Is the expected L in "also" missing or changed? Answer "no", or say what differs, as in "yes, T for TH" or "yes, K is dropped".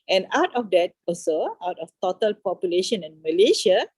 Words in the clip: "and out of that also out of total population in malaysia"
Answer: yes, L is dropped